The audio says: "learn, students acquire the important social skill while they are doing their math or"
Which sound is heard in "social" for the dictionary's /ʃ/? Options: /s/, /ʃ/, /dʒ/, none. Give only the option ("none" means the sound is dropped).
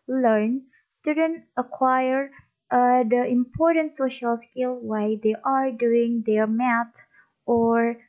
/ʃ/